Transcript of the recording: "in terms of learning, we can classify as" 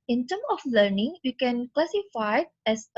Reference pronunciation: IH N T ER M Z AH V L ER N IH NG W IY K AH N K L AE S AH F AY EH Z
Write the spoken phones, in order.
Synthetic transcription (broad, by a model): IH N T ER M AH F L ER N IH NG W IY K AH N K L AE S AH F AY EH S